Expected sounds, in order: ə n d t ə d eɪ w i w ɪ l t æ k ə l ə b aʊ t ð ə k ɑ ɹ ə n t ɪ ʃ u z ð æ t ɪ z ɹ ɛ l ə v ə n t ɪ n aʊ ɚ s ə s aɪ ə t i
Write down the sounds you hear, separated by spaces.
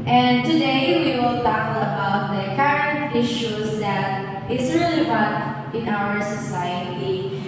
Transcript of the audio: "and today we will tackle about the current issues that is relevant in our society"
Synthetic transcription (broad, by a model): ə n t ə d eɪ w i w ɪ l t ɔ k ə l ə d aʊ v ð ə k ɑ ɹ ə n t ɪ ʃ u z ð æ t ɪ s ɹ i l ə b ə t ɪ n aʊ ɚ s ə s aɪ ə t i